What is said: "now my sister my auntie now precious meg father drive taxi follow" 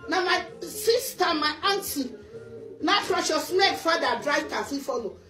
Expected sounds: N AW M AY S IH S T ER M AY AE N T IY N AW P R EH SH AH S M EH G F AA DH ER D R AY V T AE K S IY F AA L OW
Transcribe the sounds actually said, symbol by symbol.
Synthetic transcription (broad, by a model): N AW M AY S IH S T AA M AY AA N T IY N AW F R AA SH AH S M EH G F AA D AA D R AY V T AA S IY F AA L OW